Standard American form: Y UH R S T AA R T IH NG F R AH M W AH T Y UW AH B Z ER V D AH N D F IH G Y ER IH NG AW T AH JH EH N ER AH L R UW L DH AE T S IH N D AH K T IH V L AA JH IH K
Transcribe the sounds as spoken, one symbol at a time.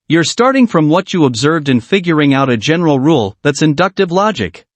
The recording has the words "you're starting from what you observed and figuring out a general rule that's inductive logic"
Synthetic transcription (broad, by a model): Y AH R S T AA R T IH NG F R AH M W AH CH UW AH B Z ER V D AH N F IH G Y ER IH NG AW T AH JH EH N ER L R UW L DH AE T S IH N D AH K T IH V L AA JH IH K